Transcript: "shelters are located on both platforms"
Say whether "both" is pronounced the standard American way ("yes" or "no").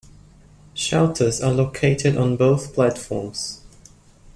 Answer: yes